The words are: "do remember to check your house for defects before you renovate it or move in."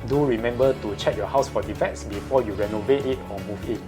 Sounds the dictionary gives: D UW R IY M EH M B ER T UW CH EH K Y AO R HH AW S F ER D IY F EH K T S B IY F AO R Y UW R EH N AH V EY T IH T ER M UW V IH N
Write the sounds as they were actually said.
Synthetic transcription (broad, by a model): D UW R IY M EH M B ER T UW CH EH K Y AO HH AW S F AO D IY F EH T S B IY F AO Y UW R EH N AH V EY T IH T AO M UW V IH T